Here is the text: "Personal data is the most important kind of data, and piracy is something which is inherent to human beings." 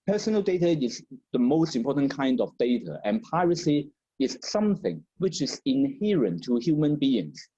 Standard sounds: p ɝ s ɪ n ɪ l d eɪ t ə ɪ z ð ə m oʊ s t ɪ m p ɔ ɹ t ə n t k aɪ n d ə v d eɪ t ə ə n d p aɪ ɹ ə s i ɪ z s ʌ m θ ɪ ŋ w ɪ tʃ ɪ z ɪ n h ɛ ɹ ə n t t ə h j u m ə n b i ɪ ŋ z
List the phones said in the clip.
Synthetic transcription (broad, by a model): p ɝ s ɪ n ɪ l d eɪ t ə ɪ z ð ə m oʊ s t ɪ m p ɔ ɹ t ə n k aɪ n d ə v d eɪ t ə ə n p aɪ ɹ ə s i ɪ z s ʌ m θ ɪ ŋ w ɪ tʃ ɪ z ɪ n h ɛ ɹ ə n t t ə h j u m ə n b i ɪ ŋ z